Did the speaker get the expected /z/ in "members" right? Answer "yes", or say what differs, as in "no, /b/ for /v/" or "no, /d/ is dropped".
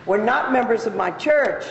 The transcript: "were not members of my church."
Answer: yes